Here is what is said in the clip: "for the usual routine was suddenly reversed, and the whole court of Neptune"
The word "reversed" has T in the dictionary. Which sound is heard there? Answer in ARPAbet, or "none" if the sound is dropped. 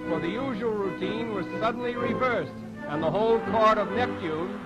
T